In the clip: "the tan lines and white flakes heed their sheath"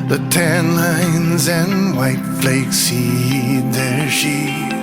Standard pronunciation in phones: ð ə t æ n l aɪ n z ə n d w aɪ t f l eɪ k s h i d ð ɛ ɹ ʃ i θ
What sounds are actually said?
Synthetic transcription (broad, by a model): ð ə t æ n l aɪ n z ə n w aɪ t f l eɪ k s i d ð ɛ ɹ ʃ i